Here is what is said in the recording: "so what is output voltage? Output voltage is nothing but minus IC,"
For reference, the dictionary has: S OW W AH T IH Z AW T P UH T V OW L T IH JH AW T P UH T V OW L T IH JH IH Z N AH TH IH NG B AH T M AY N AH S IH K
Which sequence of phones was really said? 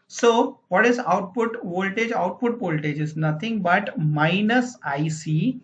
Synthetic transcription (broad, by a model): S OW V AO T IH Z AW T P UH T V OW L T IH JH AW T P UH T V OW L T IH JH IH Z N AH T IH NG B AH T M AY N AH S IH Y